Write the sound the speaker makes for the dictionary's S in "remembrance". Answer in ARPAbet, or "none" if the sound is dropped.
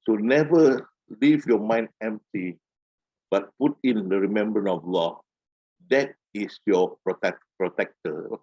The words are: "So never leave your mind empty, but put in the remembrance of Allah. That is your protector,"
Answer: none